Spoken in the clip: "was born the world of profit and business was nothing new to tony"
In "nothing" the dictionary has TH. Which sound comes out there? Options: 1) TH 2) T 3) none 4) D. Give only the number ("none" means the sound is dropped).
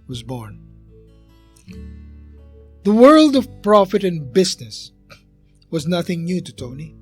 1